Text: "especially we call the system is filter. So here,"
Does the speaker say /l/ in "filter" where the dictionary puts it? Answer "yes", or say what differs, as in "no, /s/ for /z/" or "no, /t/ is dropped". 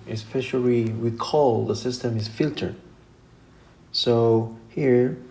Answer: yes